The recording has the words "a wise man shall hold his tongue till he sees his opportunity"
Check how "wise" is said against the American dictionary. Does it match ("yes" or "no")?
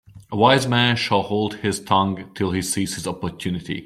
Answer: yes